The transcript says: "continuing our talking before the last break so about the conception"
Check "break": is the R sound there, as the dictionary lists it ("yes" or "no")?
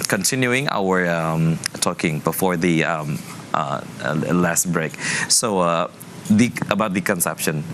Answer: yes